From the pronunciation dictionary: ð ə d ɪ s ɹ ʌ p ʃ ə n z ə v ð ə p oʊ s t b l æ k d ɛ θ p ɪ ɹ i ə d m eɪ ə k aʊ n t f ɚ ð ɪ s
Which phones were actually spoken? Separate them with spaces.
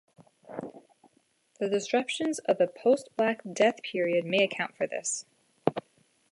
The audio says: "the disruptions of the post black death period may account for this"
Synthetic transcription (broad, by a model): ð ə d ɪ s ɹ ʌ p ʃ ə n z ə v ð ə p oʊ s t b l æ k d ɛ θ p ɪ ɹ i ə d m eɪ ə k aʊ n t f ɚ ð ɪ s